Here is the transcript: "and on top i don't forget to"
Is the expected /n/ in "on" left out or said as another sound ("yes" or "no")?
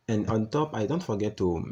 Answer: no